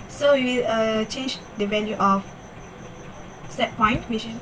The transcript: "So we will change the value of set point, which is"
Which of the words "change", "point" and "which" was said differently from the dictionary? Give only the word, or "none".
which